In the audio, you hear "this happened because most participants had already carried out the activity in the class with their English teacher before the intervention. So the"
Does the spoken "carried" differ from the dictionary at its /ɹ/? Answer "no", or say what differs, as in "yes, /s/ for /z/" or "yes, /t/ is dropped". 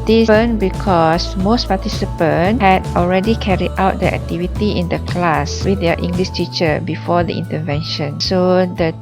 no